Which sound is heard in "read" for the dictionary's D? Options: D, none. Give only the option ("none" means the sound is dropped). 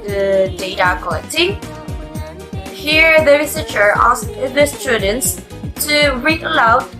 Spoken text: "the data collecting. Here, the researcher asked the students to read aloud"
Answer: none